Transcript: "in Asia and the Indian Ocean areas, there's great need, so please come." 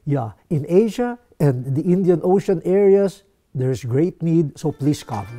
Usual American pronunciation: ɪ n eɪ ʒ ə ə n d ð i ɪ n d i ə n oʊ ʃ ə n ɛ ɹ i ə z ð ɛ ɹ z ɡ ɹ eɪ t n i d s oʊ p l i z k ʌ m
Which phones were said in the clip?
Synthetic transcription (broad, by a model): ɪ n eɪ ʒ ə ə n d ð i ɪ n d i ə n oʊ ʃ ə n ɛ ɹ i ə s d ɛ ɹ s ɡ ɹ eɪ t n i d s oʊ p l i s k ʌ m